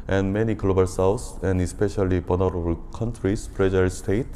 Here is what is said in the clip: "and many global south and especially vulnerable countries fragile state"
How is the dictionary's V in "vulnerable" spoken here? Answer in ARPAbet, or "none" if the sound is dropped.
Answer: B